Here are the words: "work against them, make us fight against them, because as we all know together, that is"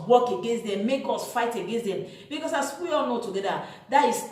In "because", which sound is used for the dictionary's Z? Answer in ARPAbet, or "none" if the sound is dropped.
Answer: S